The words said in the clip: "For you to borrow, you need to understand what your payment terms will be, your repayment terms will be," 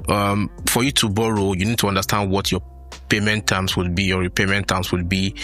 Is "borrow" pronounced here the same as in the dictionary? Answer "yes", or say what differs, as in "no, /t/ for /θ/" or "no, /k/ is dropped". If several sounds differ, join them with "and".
yes